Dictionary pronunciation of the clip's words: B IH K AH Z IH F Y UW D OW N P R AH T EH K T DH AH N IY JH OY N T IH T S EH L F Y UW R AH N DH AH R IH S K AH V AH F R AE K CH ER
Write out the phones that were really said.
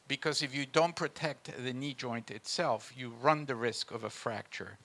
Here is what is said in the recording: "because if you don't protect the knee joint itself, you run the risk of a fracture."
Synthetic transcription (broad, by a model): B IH K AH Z IH F Y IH D OW N P R AH T EH K T DH AH N IY JH OY N T IH T S EH L F Y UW R AH N DH AH R IH S K AH V AH F R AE K CH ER